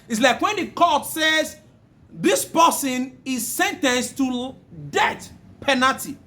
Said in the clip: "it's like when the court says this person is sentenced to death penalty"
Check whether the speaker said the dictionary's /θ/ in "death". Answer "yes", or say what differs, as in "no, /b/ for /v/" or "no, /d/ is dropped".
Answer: no, /t/ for /θ/